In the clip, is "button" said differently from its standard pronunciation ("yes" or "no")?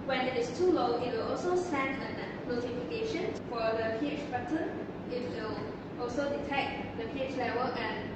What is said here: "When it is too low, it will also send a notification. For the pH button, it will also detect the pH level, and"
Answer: yes